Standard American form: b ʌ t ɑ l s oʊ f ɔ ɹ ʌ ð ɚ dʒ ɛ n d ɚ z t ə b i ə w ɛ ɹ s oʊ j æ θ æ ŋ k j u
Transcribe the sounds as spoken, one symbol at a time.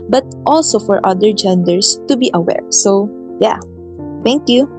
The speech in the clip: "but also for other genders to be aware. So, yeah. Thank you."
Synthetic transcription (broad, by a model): b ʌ t ɑ l s oʊ f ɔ ɹ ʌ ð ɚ dʒ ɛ n d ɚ s t ə b i ə w ɛ ɹ s oʊ j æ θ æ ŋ k j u